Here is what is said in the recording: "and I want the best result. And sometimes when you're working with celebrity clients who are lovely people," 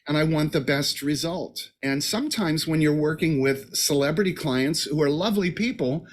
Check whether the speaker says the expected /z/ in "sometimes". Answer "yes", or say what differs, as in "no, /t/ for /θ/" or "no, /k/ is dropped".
yes